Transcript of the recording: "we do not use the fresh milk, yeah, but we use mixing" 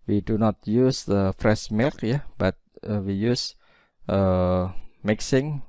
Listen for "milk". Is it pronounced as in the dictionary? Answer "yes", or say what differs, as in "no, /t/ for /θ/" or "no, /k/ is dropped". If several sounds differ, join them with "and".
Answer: yes